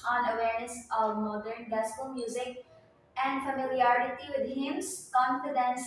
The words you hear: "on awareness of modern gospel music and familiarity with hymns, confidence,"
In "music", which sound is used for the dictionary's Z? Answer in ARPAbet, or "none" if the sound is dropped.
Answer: Z